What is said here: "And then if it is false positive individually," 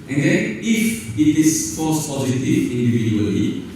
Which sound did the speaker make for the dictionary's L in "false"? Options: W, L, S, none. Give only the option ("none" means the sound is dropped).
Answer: none